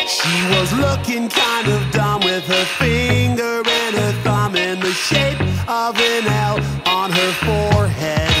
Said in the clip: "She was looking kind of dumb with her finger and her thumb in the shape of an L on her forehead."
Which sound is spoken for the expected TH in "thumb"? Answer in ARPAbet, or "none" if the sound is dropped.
TH